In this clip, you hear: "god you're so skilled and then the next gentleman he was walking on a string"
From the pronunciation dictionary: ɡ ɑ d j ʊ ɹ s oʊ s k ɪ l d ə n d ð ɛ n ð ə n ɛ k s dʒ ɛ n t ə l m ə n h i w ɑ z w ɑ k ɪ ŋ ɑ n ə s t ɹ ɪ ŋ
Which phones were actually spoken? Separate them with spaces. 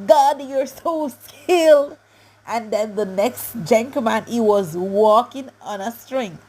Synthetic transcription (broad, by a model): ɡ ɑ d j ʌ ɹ s oʊ s k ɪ l d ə n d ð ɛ n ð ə n ɛ k s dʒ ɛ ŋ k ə m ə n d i w ɑ z w ɑ k ɪ ŋ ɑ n ə s t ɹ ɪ ŋ